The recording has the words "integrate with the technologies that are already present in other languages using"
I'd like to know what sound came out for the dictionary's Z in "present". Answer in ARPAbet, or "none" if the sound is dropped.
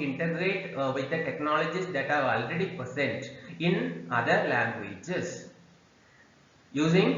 S